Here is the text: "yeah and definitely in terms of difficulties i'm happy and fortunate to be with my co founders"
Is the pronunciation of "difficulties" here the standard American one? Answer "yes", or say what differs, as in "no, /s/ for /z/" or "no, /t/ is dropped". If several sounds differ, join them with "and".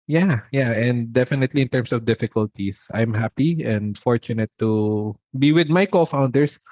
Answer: no, /s/ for /z/